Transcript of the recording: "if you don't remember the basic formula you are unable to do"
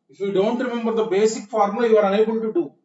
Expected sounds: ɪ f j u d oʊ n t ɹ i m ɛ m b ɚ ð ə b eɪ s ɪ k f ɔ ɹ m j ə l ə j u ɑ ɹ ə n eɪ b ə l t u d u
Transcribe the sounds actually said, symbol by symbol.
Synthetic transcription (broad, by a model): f j u d oʊ n t ɹ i m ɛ m b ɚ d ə b eɪ s ɪ k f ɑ ɹ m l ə ə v ɑ ɹ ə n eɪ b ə n t u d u